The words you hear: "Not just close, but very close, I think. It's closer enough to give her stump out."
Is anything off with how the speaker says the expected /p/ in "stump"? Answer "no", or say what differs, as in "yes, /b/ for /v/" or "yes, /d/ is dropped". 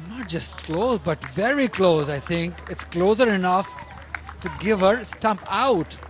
no